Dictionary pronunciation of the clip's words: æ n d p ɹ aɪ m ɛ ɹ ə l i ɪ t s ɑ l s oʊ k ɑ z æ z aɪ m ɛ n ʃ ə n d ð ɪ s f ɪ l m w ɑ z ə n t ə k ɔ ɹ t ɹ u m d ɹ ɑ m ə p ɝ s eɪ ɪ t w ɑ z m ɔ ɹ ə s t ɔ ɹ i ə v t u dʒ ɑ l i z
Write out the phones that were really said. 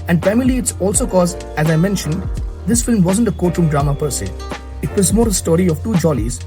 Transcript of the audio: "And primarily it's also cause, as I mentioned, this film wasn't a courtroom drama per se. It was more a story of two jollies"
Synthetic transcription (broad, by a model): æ n d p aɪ m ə l i ɪ t s ɑ l s oʊ k ɑ z æ z aɪ m ɛ n ʃ ə n d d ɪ s f ɪ l m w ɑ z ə n t ə k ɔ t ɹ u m d ɹ ɑ m ə p ɝ s eɪ ɪ t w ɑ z m ɔ ɹ ə s t ɔ ɹ i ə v t u dʒ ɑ l i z